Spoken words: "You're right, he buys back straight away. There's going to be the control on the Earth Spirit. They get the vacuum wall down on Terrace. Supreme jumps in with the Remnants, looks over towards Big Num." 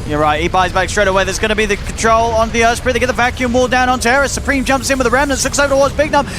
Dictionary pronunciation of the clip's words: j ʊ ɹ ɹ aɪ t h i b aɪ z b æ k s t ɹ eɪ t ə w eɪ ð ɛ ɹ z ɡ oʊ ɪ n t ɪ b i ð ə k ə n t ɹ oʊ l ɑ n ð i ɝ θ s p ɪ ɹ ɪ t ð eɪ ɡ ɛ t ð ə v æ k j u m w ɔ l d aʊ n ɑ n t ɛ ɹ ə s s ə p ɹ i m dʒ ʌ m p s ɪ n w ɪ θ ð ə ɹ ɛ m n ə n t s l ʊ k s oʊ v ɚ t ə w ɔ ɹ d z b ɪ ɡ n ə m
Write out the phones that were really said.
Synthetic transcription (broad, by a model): j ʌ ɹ ɹ aɪ t h i b aɪ z b æ k s t ɹ eɪ t ə w eɪ ð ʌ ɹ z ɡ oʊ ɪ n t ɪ b i ð ə k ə n t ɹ oʊ l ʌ n ð i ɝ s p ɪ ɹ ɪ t ð eɪ ɡ ɛ t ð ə v æ k j u m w ɔ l d aʊ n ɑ n t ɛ ɹ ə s s ə p ɹ i m dʒ ʌ m p s ɪ n w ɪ ð ə ɹ ɛ m n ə n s l ʊ k s oʊ v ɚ t ə w ɔ ɹ d z b ɪ ɡ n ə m